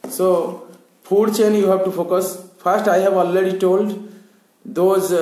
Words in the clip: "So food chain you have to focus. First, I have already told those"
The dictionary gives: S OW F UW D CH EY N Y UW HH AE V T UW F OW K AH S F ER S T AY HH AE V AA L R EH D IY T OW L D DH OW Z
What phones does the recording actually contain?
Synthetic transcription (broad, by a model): S OW P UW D CH EY N Y UW HH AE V T UW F OW K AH S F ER S T AY HH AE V AA L R EH D IY T OW L D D OW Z